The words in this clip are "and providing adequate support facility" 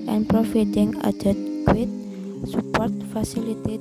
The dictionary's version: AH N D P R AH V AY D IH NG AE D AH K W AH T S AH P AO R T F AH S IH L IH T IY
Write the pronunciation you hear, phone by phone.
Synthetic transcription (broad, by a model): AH N P R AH F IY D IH NG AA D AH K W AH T S AH P AO R T F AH S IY L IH T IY